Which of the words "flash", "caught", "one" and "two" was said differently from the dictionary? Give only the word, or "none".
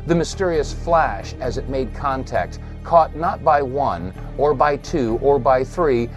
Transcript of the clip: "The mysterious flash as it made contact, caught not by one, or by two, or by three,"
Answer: none